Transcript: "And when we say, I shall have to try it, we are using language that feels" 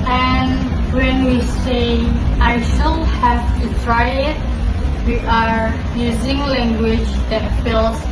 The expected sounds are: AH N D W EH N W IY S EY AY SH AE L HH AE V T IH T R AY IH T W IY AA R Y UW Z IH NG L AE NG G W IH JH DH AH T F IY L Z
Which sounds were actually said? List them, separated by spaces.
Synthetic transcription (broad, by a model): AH N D W EH N W IY S EY AY SH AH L HH AE V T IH T R AY IH T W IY AA R Y UW Z IH NG L AE NG G W IH JH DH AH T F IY L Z